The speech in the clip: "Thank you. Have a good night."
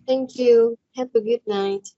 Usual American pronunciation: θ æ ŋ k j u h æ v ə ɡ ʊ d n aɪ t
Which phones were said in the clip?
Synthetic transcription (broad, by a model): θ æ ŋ k j u h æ p ə ɡ ʊ d n aɪ t